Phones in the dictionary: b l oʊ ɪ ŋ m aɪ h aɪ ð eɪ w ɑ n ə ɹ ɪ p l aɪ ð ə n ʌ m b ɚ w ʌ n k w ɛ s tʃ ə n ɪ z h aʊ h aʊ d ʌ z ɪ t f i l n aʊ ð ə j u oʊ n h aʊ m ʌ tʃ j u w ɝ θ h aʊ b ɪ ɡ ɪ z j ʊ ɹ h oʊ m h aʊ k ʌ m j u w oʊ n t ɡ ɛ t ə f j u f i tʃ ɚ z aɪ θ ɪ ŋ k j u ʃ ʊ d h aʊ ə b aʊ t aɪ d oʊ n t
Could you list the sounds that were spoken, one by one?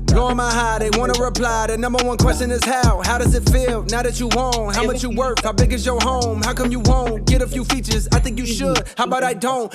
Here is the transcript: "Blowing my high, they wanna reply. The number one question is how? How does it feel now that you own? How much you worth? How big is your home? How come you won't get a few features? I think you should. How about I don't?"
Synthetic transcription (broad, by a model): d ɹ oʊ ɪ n m aɪ h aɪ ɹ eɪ w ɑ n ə ɹ ɪ p l aɪ ð ə n ʌ m b ɚ w ʌ n k w ɛ s tʃ ə n ɪ z h aʊ h aʊ d ʌ z ɪ t f i l n aʊ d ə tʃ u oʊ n h aʊ m ʌ tʃ j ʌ w ɝ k h aʊ b ɪ ɡ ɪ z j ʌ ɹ h oʊ m h aʊ k ʌ m j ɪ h oʊ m ɡ ɛ t ə f j u f i tʃ ɚ z aɪ θ ɪ ŋ k j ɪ ʃ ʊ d h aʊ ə b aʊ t aɪ d oʊ n t